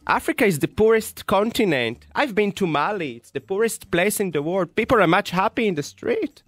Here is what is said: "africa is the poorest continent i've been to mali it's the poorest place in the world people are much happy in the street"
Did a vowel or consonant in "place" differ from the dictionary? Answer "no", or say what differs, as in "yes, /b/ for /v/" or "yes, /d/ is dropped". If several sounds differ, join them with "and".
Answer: no